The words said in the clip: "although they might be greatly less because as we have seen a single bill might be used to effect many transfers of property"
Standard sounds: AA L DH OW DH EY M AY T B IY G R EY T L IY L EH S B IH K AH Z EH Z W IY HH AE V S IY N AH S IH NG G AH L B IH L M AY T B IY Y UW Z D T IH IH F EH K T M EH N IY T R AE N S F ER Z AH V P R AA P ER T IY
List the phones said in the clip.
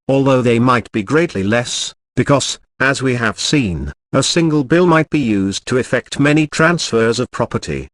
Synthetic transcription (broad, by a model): AA L DH OW DH EY M AY T B IY G R EY T L IY L EH S B IH K AH Z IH Z W IY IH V S IY N AH S IH NG G AH L B IH L M AY T B IY Y UW Z T IH IH F EH K T M EH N IY T R AE N S F ER Z AH V P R AA P ER T IY